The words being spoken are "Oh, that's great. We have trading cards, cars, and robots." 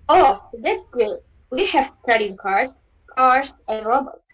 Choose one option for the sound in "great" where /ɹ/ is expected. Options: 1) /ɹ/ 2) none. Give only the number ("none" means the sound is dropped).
2